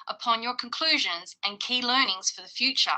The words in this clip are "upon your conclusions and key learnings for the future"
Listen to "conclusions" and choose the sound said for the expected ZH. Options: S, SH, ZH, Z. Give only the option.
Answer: ZH